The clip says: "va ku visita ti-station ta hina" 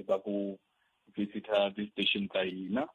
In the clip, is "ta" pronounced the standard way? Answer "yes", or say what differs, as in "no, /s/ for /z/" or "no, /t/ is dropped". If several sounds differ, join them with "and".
no, /s/ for /t/